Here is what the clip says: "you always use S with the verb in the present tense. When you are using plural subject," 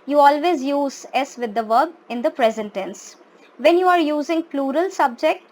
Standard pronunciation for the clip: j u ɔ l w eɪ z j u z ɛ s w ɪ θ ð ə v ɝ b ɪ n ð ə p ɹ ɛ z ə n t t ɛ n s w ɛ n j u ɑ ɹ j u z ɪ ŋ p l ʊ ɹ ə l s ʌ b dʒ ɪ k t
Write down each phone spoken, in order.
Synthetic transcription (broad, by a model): j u ɔ l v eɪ z j u z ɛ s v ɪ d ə v ɝ b ɪ n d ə p ɹ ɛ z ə n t t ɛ n s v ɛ n j u ɑ ɹ j u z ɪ ŋ p l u ɹ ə l s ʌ b dʒ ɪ k t